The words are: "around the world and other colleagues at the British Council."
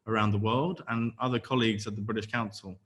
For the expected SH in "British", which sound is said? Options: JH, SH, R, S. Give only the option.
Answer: SH